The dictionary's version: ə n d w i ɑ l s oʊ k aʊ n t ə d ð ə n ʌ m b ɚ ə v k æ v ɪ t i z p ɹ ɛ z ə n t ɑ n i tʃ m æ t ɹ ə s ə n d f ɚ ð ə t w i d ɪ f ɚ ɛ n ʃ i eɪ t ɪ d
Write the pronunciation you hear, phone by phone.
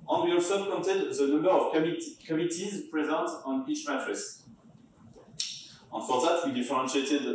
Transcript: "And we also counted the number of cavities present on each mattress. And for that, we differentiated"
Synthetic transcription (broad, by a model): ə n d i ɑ s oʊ k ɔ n t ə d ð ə n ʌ m b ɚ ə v k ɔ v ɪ t i z p ɹ ɛ z ə n t ɑ n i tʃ m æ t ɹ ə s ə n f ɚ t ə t w i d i f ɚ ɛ n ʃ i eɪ t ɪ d